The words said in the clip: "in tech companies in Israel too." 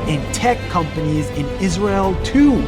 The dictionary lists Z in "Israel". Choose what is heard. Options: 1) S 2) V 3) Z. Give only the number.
3